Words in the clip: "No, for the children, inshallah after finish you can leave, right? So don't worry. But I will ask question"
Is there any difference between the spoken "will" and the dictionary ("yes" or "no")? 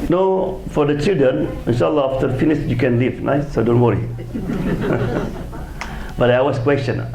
yes